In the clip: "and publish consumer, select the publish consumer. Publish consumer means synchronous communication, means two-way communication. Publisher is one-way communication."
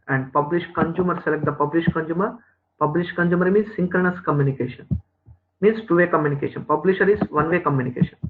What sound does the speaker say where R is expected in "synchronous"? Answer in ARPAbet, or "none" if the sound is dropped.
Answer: none